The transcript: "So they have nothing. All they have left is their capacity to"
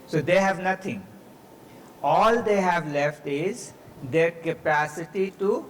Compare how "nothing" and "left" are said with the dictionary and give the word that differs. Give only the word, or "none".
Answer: nothing